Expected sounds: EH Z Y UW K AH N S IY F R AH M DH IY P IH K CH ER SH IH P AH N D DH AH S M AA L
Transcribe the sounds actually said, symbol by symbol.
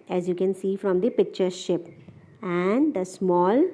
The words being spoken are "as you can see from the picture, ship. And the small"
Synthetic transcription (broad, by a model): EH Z Y UW K AH N S IY F R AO M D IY P IH K CH ER SH IH P AH N D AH S M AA L